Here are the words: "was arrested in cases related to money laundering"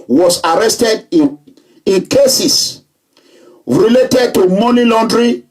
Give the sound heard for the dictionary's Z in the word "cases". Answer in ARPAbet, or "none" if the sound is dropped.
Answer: S